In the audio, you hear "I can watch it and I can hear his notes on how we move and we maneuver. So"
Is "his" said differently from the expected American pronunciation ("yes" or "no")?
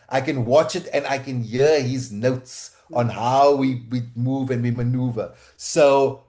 no